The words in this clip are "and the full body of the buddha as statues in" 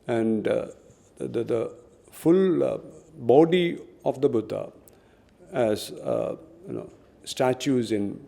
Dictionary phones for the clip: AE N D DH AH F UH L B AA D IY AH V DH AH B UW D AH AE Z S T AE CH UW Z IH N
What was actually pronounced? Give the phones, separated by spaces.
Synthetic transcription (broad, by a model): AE N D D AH F UH L B AA D IY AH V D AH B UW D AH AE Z S T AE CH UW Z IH N